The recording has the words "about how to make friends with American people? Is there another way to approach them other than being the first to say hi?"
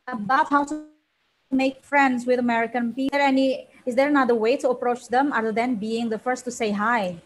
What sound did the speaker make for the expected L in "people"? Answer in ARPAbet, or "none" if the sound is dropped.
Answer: N